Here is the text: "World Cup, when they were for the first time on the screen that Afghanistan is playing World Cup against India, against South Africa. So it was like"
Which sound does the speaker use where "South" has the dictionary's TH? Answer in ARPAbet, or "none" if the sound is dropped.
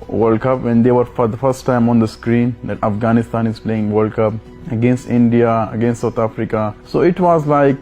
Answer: T